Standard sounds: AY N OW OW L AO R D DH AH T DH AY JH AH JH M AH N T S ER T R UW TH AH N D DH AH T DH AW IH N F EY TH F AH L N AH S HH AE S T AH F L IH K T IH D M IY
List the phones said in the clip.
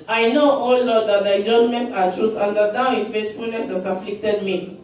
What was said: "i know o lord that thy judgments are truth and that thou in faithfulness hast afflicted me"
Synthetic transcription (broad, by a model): AY N OW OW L AO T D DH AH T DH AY JH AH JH M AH N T ER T R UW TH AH N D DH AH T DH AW IH N F EY T F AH L N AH S HH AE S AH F L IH K T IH D M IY